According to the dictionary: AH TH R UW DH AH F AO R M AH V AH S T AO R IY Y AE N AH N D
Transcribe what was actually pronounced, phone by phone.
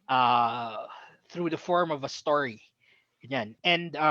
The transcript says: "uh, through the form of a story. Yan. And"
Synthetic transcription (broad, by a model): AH TH R UW DH AH F AO R M AH V AH S T AO R IY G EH N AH N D